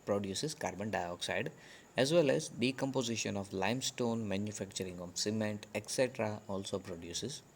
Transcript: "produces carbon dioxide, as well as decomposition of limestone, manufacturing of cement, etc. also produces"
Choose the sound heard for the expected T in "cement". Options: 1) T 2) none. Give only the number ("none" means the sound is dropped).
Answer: 1